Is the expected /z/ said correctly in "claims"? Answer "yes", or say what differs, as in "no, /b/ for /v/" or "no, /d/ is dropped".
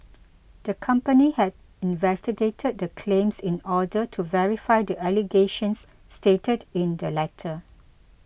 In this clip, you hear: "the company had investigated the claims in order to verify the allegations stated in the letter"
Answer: no, /s/ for /z/